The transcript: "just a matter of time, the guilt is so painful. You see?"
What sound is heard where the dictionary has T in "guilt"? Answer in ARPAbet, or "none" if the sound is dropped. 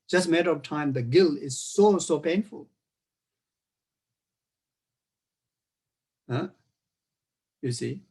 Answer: none